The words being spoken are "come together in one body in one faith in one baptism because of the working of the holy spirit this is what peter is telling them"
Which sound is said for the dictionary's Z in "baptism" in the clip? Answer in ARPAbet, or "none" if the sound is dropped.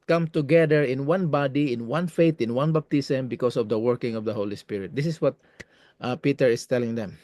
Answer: S